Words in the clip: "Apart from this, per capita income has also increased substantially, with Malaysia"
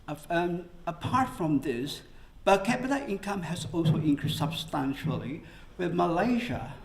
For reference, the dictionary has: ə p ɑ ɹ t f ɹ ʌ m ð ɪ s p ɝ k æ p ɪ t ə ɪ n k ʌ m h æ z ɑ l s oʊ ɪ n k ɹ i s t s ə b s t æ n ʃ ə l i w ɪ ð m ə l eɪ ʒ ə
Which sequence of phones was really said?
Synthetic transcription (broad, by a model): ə p ɑ ɹ t f ɹ ʌ m ð ɪ s b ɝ k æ b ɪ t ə ɪ n k ʌ m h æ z ɑ l s oʊ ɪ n k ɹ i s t s ə b s t æ n ʃ ə l i w ɪ ð m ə l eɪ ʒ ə